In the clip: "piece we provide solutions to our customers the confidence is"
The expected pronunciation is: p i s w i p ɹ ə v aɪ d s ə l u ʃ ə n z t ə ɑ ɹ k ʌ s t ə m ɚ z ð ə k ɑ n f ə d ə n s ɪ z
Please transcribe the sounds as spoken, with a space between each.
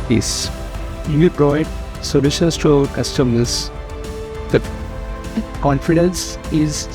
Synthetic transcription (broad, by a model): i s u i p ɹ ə ɪ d s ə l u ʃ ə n s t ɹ k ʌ s t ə m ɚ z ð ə k ɑ n f ə d ə n s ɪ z